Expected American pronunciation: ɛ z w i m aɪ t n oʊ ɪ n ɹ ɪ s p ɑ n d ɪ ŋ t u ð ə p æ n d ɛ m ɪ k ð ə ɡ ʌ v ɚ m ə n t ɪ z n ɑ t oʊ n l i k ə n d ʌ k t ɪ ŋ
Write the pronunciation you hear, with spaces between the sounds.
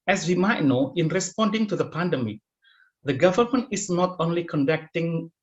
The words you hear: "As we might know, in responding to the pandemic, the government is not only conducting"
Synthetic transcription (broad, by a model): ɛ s w i m aɪ t n oʊ ɪ n ɹ ɪ s p ɑ n d ɪ ŋ t u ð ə p æ n d ɛ m ɪ k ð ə ɡ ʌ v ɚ m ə n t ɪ s n ɑ t oʊ n l i k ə n d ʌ k t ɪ ŋ